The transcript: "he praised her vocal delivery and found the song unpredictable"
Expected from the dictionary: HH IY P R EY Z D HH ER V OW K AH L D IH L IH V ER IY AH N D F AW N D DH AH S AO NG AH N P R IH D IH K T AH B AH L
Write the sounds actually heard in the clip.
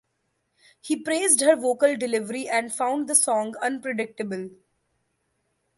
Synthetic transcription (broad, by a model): HH IY P R EY Z D HH ER V OW K AH L D IH L IH V ER IY AH N D F AW N D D AH S AO NG AH N P R IH D IH K T AH B AH L